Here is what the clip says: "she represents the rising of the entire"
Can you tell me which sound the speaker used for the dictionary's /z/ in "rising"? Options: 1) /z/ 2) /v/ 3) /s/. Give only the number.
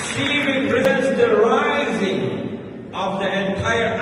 1